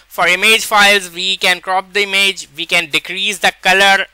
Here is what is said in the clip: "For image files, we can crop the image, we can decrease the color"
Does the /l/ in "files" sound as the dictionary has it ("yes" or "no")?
yes